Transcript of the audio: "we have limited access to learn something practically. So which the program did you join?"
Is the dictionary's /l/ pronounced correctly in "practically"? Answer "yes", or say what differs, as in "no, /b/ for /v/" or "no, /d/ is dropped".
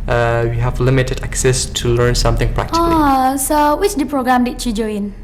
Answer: no, /l/ is dropped